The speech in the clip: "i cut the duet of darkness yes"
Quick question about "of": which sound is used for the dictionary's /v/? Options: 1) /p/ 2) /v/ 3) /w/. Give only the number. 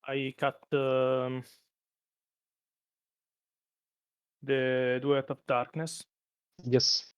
1